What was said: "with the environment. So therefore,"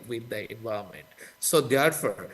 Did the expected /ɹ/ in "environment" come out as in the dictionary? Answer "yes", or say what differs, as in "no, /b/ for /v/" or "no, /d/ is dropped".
no, /ɹ/ is dropped